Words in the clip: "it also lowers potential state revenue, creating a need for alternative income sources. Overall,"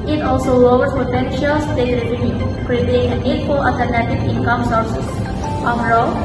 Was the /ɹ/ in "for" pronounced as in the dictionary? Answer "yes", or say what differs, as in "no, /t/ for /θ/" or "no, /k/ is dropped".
no, /l/ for /ɹ/